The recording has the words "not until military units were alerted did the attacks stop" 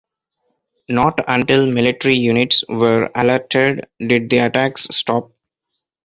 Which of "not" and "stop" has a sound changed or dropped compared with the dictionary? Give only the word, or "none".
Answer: none